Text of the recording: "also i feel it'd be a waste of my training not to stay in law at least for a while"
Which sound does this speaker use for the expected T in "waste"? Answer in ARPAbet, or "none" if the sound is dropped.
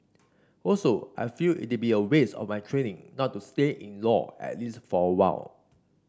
none